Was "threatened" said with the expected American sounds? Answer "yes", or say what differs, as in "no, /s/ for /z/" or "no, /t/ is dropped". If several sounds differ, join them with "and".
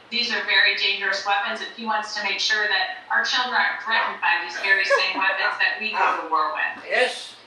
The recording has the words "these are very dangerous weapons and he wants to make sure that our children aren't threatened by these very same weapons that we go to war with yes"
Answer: no, /n/ is dropped